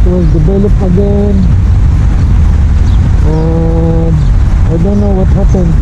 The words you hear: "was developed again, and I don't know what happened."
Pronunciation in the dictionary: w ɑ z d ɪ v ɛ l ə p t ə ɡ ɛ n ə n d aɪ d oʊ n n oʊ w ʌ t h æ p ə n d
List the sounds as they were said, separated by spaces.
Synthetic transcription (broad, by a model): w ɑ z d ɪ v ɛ l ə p ə ɡ ɛ n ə aɪ d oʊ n n oʊ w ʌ t h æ p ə n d